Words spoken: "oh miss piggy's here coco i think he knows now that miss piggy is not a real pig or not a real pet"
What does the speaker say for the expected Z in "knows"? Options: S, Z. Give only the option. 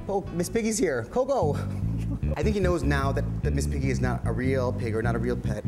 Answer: Z